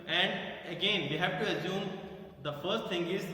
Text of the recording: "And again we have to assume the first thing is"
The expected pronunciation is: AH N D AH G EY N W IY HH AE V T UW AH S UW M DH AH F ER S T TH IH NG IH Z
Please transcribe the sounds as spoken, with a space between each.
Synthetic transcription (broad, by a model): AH N D AH G EY N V IY HH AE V T UW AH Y UW M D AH F ER S T T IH NG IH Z